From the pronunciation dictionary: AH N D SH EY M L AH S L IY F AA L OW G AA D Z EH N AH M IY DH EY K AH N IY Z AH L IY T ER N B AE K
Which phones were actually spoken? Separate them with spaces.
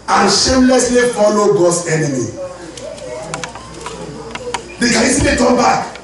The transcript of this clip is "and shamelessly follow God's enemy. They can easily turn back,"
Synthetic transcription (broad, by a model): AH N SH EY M L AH S L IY F AA L OW G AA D S EH N AH M IY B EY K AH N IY S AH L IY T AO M B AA K